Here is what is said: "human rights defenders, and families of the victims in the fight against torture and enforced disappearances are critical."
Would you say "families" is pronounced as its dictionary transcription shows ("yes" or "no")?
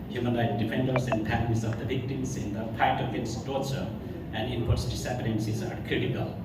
no